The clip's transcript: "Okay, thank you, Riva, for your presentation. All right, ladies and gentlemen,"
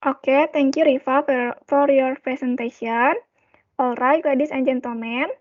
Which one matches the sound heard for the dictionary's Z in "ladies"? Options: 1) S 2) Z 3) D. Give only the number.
1